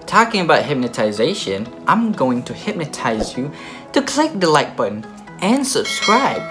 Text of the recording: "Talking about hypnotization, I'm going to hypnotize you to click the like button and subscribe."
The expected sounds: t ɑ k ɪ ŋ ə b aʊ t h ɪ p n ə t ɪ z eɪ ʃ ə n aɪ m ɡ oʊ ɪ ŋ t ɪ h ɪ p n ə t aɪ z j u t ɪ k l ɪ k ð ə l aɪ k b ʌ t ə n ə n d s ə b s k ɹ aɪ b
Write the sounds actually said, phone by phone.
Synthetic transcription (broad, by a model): t ɑ k ɪ ŋ ə b aʊ t h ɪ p n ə t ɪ z eɪ ʃ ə n aɪ m ɡ oʊ ɪ ŋ t ɪ h ɪ p n ə t aɪ z j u t ɪ k l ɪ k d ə l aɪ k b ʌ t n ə n s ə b s k ɹ aɪ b